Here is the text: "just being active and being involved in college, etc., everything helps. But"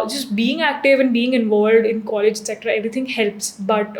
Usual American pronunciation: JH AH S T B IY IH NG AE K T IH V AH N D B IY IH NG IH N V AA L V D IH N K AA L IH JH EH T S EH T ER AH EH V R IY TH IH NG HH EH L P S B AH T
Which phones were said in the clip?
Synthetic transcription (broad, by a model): JH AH S T B IY IH NG AE K T IH V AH N B IY IH NG IH N V AA L V D IH N K AA L IH JH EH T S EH T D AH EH V R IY T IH NG HH EH L P S B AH T